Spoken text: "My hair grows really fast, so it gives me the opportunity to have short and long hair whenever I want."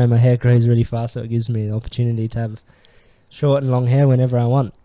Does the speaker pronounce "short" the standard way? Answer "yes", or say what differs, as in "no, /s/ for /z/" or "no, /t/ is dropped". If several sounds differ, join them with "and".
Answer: yes